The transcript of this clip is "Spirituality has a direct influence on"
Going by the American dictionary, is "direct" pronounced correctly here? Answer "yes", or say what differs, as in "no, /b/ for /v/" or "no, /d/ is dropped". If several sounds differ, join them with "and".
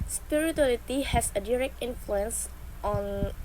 yes